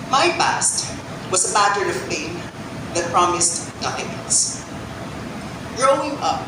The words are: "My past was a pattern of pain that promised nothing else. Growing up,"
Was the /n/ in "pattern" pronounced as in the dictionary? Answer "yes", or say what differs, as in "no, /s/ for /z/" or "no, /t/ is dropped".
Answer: no, /n/ is dropped